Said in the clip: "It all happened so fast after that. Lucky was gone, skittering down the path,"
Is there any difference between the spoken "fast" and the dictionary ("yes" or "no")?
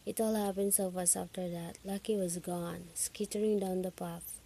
yes